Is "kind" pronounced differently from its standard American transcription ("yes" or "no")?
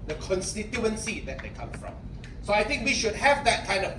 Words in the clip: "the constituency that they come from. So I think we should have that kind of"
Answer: no